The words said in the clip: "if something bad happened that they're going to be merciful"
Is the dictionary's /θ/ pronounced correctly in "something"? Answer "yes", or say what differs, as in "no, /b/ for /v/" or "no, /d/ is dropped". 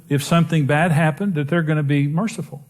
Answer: yes